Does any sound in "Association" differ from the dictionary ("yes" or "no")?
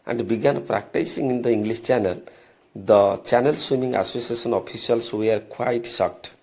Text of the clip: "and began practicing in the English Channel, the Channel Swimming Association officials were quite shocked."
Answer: yes